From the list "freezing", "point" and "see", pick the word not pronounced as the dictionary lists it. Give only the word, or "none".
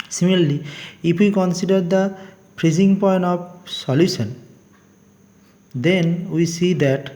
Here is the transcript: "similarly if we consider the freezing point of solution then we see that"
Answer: freezing